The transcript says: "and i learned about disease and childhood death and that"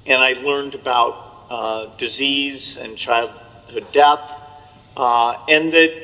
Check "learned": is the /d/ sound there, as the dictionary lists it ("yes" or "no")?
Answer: yes